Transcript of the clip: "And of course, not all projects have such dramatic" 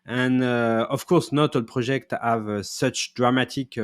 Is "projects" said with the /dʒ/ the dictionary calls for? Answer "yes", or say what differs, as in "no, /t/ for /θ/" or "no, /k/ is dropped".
no, /ʒ/ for /dʒ/